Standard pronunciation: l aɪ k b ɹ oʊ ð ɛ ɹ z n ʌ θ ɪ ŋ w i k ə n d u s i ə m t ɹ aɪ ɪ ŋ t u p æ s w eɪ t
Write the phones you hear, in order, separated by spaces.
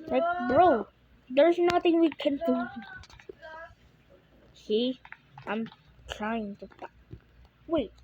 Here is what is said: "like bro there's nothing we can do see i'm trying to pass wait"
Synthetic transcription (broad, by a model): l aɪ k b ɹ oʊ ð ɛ ɹ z n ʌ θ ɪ ŋ w i k ə n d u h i ə m t ɹ aɪ ɪ ŋ t u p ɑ w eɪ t